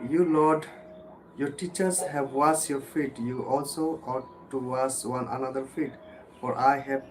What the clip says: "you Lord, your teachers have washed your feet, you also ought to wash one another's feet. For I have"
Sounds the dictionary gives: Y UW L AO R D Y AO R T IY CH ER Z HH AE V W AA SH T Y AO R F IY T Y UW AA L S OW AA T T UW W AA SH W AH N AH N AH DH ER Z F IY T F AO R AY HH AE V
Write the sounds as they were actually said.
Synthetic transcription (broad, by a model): Y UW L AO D Y AO R T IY CH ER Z HH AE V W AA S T Y AO R F IY T Y UW AA L S OW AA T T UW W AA S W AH N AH N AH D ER F IY T F AO R AY HH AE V